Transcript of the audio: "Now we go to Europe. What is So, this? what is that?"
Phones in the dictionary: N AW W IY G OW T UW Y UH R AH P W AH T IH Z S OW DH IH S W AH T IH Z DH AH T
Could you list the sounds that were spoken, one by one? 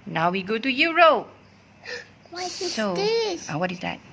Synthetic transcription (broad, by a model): N AW W IY G OW T UW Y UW R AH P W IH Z S OW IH W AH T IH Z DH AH T